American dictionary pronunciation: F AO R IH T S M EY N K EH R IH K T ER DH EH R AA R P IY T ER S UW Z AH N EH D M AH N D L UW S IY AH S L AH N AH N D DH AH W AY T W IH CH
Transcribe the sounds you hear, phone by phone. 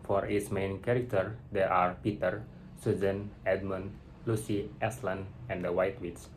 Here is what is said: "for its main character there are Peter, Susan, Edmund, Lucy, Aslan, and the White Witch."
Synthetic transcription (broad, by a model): F AO R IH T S M EY N K EH R IH K T ER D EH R AA R P IY T ER S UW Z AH N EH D M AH N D L UW S IY AH S L AH N AH N D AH W AY T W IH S